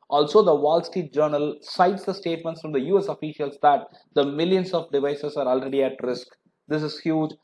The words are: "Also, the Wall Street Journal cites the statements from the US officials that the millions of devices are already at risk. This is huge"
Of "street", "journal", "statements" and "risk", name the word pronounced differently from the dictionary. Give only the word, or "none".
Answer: street